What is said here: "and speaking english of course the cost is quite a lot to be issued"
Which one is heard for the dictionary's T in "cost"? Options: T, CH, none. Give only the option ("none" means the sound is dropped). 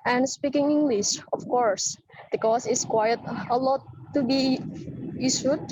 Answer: none